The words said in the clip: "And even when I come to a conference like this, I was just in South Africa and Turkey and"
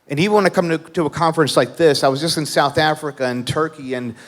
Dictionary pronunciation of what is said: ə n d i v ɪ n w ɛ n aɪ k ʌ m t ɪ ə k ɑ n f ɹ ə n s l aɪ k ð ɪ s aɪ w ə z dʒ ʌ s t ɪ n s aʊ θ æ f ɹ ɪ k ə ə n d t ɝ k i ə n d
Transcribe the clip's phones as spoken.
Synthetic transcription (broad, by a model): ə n i v ɪ n w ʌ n aɪ k ʌ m t ɪ ə k ɑ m f ɹ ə n s l aɪ k ð ɪ s aɪ w ə z dʒ ʌ s t ɪ n s aʊ θ æ f ɹ ɪ k ə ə n t ɝ k i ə n